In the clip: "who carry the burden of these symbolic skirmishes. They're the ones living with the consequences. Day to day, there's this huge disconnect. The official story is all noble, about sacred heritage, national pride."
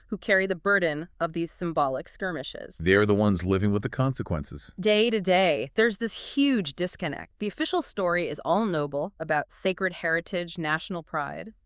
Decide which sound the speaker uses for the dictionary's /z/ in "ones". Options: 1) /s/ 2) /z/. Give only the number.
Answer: 2